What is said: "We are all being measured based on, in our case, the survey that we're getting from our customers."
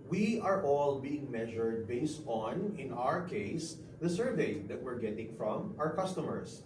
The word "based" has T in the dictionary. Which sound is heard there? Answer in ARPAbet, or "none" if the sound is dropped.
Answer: T